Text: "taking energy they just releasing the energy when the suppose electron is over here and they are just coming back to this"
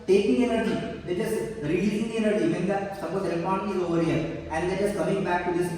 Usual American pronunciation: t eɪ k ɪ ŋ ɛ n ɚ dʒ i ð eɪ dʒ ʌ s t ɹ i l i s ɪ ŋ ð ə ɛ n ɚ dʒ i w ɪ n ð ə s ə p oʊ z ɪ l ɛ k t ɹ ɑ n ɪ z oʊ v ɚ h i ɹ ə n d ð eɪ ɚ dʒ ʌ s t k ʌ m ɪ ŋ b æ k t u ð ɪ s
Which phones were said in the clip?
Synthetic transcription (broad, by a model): t eɪ k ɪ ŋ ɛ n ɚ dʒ i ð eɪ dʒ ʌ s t ɹ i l i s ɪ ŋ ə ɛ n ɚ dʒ i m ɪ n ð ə s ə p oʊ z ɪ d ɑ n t ɑ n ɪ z oʊ v ɚ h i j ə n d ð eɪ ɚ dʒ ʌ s k ʌ m ɪ ŋ b æ k t u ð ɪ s